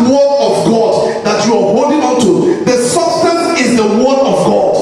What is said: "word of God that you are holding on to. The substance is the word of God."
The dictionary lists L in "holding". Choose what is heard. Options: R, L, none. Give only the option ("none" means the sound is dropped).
none